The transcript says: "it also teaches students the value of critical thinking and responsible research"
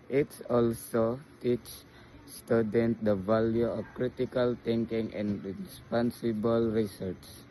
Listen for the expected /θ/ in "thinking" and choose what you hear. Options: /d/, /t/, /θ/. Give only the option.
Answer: /t/